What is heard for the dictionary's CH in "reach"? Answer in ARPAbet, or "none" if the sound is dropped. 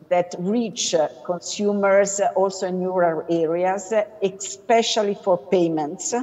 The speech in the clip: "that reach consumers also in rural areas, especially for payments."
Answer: CH